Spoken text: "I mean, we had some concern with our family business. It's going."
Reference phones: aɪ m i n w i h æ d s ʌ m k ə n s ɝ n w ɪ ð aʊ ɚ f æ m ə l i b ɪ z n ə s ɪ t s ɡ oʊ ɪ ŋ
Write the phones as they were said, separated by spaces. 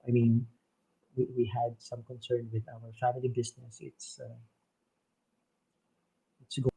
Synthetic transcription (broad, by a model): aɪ m i n w i h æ d s ʌ m k ə n s ɝ n w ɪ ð aʊ ɚ f æ m ə l i b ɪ s n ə s ɪ t s ɡ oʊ